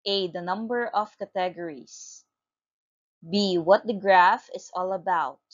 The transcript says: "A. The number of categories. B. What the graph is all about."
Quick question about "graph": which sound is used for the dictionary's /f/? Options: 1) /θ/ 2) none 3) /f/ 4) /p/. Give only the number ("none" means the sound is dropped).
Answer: 3